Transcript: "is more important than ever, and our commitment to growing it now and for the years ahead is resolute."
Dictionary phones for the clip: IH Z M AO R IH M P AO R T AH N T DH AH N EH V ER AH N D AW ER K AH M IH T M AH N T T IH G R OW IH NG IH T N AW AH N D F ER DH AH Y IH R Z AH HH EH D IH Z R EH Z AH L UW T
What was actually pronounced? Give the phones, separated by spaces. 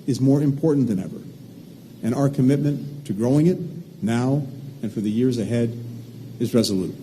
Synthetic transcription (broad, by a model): IH Z M AO R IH M P AO R T N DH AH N EH V ER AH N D AW ER K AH M IH T M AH N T T IH G R OW IH NG IH T N AW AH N F ER DH AH Y IH R Z AH HH EH D IH Z R EH Z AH L UW T